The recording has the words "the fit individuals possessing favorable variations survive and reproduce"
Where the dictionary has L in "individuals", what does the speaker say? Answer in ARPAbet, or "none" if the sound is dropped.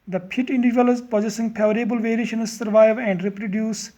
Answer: none